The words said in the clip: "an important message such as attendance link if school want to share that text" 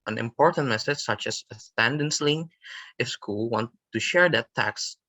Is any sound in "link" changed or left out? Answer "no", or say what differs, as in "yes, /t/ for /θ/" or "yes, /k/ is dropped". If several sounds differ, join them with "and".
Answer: yes, /k/ is dropped